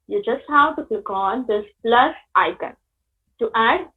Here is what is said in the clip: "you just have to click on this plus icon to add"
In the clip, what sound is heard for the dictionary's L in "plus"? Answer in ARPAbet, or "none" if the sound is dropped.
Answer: L